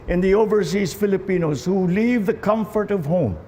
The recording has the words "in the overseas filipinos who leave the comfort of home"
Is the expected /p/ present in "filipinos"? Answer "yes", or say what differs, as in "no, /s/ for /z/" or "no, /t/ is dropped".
yes